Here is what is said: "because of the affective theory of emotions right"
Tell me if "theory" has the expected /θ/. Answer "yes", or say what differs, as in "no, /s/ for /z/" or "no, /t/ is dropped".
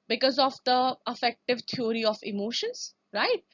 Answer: no, /t/ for /θ/